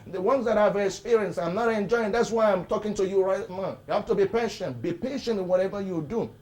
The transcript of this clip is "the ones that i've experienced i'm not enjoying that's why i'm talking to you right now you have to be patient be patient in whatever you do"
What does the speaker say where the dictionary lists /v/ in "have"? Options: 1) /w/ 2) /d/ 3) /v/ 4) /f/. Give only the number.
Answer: 4